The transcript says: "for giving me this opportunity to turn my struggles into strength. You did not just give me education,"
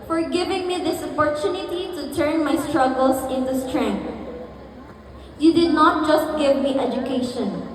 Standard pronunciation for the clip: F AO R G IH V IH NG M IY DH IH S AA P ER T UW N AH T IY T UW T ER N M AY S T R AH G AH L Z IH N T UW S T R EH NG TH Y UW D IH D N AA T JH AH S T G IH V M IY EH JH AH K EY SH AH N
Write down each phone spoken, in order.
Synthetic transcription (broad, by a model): F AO R G IH V IH NG M IY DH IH S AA P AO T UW N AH T IY T UW T ER N M AY S T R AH G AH L S IH N T UW S T R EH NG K Y UW D IH D N AA T JH AH S T G IH V M IY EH JH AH K EY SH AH N